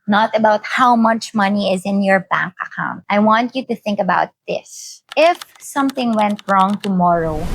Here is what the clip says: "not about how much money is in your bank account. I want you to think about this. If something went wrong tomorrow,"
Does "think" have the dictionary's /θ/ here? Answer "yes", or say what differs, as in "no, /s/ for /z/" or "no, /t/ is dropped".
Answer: yes